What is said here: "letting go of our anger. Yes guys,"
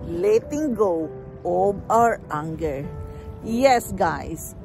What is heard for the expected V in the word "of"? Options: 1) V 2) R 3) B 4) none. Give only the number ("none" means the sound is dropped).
3